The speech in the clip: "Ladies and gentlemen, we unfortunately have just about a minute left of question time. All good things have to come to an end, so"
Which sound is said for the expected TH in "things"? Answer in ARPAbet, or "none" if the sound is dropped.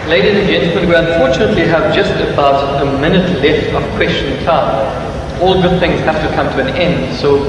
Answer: TH